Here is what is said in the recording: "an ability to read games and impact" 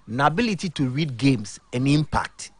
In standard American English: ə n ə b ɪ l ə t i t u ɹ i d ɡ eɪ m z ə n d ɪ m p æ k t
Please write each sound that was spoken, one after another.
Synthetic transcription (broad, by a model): n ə b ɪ l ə t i t u ɹ i d ɡ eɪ m s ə n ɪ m p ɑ k t